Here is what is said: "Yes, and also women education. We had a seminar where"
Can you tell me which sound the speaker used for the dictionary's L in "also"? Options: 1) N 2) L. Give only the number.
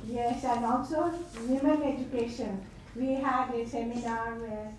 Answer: 1